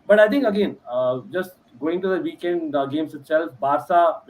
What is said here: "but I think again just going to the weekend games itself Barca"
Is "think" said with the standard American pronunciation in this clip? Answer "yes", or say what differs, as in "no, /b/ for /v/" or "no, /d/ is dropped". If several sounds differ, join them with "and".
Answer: no, /t/ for /θ/